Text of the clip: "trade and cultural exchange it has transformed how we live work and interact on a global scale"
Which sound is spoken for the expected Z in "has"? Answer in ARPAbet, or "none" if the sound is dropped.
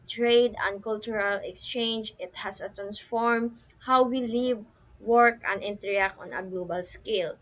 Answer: S